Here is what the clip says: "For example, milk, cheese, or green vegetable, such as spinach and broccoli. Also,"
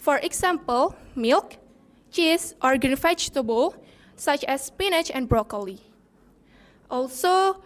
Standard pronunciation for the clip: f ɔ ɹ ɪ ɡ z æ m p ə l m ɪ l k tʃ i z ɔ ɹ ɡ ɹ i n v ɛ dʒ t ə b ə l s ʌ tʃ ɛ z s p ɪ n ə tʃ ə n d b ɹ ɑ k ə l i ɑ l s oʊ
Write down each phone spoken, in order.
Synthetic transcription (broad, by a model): f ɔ ɹ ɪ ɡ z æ m p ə l m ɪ l k tʃ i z ɔ ɹ ɡ i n f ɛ tʃ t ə b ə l s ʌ tʃ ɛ s p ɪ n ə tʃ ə n b ɹ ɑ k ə l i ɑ l s oʊ